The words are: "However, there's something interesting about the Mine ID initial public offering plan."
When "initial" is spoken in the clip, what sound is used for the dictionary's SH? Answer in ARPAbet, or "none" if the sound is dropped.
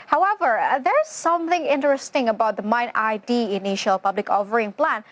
SH